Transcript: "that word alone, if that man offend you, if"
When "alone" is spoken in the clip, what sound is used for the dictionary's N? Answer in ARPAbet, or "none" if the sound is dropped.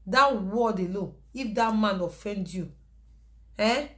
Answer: none